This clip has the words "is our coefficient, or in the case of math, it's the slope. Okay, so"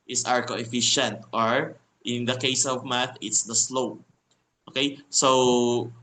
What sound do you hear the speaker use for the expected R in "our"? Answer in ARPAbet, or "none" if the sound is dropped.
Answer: R